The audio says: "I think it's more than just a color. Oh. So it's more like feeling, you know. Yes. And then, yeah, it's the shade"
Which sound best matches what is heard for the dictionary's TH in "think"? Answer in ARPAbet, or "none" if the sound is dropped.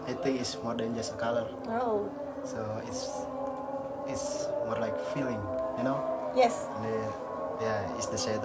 T